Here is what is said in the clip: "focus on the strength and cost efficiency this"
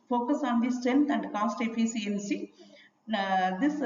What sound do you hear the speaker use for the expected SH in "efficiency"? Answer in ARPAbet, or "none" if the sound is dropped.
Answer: S